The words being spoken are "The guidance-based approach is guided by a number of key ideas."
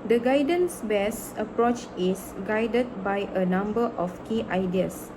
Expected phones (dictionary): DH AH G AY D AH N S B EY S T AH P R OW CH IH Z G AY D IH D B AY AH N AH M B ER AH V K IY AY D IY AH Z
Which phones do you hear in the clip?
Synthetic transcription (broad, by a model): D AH G AY D AH N S B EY S AH P R OW CH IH S G AY D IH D B AY AH N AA M B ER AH F K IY AY D IY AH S